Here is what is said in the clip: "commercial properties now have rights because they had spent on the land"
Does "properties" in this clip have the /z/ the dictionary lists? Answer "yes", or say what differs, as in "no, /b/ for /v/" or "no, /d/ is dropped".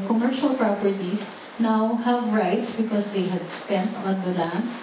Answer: no, /s/ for /z/